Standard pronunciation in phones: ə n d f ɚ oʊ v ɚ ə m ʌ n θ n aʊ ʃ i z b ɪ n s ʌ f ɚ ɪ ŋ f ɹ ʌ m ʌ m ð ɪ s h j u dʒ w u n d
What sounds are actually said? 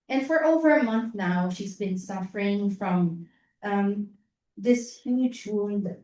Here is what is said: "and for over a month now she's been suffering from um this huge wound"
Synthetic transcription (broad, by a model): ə n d f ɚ oʊ v ɚ ə m ʌ n θ n aʊ ʃ i z b ɪ n s ʌ f ɚ ɪ ŋ f ɹ ʌ m ʌ m ð ɪ s h j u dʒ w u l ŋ